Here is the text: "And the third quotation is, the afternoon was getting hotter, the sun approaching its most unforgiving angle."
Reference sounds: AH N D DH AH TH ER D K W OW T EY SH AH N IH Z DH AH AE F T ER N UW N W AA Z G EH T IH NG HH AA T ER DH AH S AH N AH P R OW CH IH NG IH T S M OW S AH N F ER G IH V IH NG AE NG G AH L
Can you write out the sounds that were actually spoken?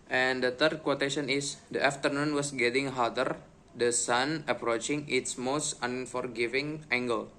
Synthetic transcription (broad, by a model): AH N D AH T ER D K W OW T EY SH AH N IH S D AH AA F T ER N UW N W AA S G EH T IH NG HH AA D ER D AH S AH N AH P R OW CH IH NG IH T S M OW S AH N F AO G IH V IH NG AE NG G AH L